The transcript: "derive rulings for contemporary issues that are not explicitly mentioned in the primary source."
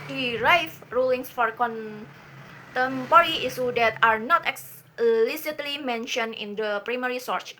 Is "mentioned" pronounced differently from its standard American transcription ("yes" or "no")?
yes